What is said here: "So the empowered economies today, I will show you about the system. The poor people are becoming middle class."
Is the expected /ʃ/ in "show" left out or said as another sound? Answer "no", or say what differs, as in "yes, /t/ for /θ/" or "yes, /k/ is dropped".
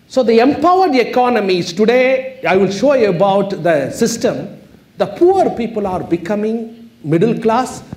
no